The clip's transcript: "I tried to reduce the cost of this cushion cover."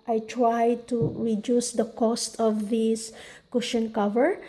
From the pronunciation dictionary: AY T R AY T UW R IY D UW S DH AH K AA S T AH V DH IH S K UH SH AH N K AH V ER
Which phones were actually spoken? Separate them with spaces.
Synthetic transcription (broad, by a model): AY T R AY T UW R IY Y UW S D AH K AA S T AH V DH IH S K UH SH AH N K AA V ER